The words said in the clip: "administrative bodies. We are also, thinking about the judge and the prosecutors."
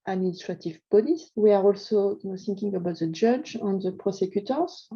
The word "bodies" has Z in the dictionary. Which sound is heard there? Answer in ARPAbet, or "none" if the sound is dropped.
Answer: S